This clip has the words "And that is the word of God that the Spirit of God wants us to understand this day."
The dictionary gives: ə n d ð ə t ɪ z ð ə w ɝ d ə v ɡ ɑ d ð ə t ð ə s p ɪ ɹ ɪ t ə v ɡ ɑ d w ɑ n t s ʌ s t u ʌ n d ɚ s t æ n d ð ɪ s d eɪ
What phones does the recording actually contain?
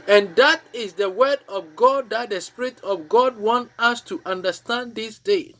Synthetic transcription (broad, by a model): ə n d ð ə t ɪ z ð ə w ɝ d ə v ɡ ɑ d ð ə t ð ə s p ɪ ɹ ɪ t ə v ɡ ɑ d w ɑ n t ʌ s t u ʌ n d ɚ s t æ n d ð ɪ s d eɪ